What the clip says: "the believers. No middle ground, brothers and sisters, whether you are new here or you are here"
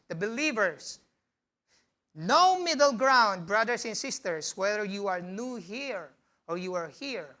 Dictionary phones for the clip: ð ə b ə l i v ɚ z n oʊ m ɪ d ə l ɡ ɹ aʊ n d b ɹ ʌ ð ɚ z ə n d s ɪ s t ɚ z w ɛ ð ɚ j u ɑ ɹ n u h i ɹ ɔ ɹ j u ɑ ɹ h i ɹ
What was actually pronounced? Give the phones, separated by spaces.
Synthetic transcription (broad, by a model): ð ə b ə l i v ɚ s n oʊ m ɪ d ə l ɡ ɹ aʊ n d b ɹ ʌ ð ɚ s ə n s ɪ s t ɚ s w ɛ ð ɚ j u ɑ ɹ n u h i ɹ ɔ ɹ j u ɑ ɹ h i ɹ